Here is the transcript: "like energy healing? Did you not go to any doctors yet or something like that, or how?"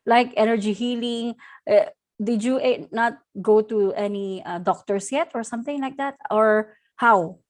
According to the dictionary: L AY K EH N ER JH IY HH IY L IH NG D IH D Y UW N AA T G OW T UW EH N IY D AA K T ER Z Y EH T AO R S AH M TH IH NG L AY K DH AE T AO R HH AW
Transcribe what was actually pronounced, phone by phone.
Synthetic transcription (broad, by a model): L AY K EH N ER JH IY HH IY L IH NG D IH D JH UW N AA T G OW T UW EH N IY D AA K T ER S Y EH T AO R S AH M TH IH NG L AY K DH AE T AO R HH AW